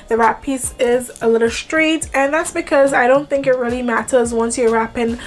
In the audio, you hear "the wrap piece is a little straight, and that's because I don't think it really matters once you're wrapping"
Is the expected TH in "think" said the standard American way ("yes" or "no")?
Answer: yes